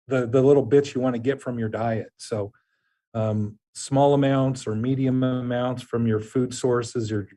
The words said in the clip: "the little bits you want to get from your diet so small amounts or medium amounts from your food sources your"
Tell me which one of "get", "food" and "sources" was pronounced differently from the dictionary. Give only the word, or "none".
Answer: none